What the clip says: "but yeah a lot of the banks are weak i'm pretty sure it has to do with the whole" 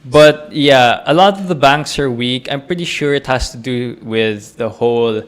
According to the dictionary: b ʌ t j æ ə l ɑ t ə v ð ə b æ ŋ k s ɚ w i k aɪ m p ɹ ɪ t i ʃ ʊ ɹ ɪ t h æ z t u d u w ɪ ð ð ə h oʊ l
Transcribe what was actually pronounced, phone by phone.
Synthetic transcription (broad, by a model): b ʌ t j æ ə l ɑ t ə v ð ə b æ ŋ k s ɚ w i k aɪ m p ɹ ɪ t i ʃ ʊ ɹ ɪ t h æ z t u d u w ɪ ð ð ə h oʊ l